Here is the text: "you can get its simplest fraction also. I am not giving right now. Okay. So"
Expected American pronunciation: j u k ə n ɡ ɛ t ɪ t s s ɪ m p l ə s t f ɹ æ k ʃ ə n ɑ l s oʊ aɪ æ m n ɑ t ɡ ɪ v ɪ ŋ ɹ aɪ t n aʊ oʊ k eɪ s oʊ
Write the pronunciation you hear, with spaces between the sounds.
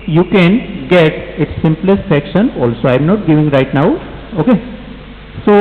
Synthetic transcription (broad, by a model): j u k ə n ɡ ɛ t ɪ t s s ɪ m p l ə s t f ɛ k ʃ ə n ɑ l s oʊ aɪ m n ɑ t ɡ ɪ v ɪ ŋ ɹ aɪ t n aʊ oʊ k eɪ s oʊ